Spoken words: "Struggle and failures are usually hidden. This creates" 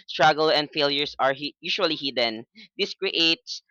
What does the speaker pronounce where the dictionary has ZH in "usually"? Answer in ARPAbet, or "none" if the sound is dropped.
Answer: SH